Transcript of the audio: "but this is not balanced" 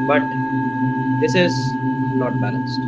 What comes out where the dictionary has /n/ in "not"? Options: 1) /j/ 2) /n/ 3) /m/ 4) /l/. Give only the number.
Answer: 4